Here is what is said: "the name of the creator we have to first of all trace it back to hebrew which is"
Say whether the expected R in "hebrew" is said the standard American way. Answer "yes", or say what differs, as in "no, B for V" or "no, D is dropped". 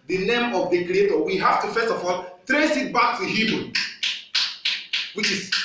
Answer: no, R is dropped